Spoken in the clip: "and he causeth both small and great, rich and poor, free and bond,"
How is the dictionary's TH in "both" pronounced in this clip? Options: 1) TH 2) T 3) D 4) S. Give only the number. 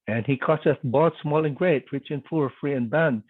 2